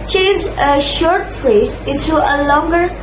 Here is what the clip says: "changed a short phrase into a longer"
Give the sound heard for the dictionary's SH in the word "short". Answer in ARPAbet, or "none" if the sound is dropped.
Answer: SH